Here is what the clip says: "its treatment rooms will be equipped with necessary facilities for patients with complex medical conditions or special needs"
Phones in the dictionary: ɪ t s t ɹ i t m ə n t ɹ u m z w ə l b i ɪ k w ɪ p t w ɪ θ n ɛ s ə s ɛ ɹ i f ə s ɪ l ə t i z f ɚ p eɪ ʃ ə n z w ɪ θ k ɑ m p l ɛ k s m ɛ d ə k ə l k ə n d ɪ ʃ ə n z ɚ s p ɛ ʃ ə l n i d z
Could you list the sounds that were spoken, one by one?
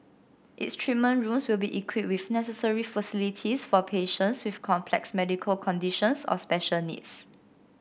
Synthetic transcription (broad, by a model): t s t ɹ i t m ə n ɹ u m s w ə l b i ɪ k w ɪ t w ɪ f n ɛ s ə s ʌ ɹ i f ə s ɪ l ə t i s f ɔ p eɪ ʃ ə n s w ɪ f k ɑ m p l ɛ k s m ɛ d ə k ə l k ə n d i ʃ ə n s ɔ s p ɛ ʃ ə l n i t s